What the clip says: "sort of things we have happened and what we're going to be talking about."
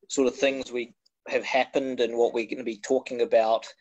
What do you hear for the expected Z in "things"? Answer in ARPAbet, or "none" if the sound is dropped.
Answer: Z